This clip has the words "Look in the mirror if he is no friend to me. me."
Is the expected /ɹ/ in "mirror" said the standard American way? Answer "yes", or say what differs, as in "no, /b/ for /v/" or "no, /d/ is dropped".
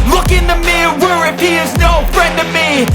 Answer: no, /w/ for /ɹ/